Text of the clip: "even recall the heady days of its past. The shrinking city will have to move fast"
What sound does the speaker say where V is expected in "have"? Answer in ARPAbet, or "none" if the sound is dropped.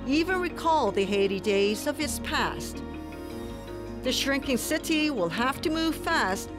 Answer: F